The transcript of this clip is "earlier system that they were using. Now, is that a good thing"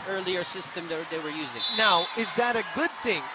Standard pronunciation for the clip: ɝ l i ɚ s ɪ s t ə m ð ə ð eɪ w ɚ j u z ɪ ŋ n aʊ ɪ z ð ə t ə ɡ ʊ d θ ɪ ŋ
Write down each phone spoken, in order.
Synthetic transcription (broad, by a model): ɝ l i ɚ s ɪ s t ə m ð ə ð eɪ w ɚ j u z ɪ ŋ n aʊ ɪ z ð ə t ə ɡ ʊ d θ ɪ ŋ